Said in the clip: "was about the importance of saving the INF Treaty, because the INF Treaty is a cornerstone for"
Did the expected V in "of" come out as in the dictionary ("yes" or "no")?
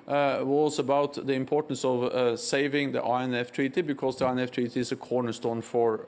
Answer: yes